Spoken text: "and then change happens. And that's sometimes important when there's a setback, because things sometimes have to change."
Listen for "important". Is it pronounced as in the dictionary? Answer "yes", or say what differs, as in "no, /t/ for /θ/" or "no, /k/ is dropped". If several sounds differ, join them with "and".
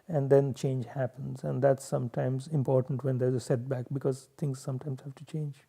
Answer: yes